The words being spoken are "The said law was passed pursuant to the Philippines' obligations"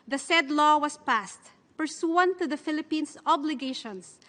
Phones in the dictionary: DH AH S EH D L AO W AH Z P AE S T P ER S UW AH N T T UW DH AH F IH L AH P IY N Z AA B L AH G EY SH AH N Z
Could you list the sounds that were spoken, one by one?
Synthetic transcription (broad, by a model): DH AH S EH D L AO W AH S P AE S T P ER S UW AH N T T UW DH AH F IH L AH P IY N S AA B L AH G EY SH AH N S